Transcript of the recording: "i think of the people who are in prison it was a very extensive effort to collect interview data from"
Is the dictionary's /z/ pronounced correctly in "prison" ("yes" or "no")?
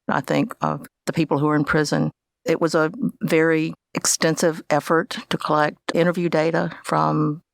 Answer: yes